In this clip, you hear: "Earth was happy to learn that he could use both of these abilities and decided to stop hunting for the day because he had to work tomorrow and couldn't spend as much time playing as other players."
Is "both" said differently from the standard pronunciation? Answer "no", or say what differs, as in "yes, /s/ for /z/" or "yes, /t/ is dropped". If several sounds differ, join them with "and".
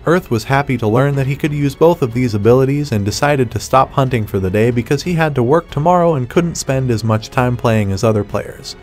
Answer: no